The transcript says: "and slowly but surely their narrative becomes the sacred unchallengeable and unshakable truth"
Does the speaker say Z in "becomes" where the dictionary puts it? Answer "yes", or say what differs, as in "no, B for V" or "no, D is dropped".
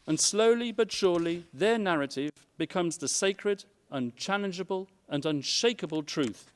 yes